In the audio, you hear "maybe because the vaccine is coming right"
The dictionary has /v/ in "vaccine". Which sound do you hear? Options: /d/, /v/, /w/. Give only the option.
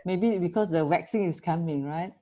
/w/